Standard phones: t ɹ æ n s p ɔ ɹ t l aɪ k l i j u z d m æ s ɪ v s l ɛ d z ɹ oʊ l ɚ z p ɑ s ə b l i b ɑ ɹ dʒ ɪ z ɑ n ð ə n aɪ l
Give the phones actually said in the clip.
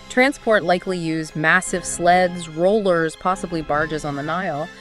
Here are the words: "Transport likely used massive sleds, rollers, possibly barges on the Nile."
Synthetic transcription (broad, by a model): t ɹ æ n s p ɔ ɹ t l aɪ k l i j u z m æ s ɪ v s l ɛ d z ɹ oʊ l ɚ z p ɑ s ə b l i b ɑ ɹ dʒ ɪ z n ð ə n aɪ l